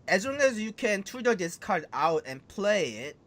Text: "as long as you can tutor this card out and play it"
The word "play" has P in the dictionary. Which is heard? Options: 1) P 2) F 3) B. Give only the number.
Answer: 1